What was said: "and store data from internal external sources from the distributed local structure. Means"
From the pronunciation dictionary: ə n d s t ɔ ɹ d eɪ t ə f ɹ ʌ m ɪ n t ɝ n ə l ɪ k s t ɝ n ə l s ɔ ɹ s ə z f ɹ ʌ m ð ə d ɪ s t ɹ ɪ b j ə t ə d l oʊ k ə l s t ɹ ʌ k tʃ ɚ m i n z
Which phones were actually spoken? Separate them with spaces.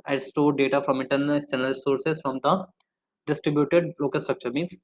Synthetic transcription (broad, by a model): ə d s t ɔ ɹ d eɪ t ə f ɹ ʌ m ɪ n t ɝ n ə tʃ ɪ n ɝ ə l s ɔ ɹ s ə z f ɹ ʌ m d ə d ɪ s t ɹ ɪ b j ə t ə d l oʊ k ə l s t ɹ ʌ k tʃ ɚ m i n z